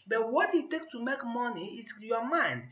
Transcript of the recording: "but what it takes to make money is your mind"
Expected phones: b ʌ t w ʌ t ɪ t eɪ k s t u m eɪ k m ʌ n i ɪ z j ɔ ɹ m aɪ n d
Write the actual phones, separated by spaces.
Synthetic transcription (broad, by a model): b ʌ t w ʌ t ɪ t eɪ k t u m eɪ k m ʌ n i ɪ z j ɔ m aɪ n d